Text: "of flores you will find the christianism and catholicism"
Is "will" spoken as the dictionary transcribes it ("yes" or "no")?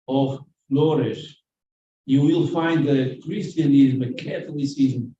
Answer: yes